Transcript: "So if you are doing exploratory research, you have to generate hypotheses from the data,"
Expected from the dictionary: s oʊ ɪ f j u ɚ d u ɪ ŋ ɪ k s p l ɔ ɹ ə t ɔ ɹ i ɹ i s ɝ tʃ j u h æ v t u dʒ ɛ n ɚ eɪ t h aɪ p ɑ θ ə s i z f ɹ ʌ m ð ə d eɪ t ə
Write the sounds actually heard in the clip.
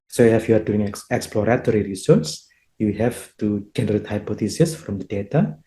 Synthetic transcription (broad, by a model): s oʊ ɪ f j u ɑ d u ɪ ŋ ɪ k s p l ɔ ɹ ə t ɔ ɹ i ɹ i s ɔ s j u h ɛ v t u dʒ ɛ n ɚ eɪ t h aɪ p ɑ t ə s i s f ɹ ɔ m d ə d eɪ t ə